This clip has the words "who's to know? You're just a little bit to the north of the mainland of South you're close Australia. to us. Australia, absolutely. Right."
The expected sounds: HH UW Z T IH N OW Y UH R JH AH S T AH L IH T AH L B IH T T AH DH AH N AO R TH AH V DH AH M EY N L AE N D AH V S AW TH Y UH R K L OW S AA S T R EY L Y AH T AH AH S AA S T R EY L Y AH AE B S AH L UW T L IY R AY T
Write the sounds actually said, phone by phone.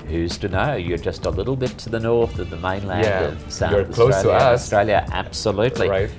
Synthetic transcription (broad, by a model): HH UW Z T IH N OW Y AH R JH AH S T AH L IH T L B IH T T AH DH AH N AO R TH AH V DH AH M EY N L AE N D AH V S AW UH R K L OW AA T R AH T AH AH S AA S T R EY L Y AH AE B S AH L UW T L IY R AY T